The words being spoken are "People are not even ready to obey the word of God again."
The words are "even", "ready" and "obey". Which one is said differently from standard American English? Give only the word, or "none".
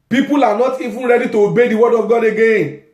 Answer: even